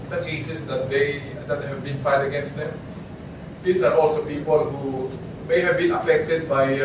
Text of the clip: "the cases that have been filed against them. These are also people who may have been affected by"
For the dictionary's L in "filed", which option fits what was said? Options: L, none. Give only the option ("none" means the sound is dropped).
none